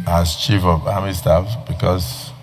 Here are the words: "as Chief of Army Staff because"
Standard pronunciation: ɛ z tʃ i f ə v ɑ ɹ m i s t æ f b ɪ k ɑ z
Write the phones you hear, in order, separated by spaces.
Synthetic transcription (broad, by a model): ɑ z tʃ i f ə v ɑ m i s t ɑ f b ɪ k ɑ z